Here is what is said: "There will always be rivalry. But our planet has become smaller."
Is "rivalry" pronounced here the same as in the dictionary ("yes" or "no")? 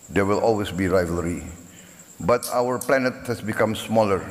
yes